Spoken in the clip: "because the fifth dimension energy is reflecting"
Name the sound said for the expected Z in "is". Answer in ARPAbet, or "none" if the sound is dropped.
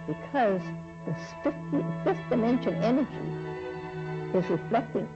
Z